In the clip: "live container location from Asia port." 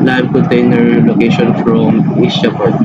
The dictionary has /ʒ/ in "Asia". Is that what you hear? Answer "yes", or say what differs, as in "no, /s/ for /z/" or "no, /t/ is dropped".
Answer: no, /s/ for /ʒ/